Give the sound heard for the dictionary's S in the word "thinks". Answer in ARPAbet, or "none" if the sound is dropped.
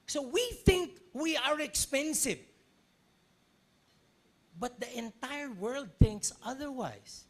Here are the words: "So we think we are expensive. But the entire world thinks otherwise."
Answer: S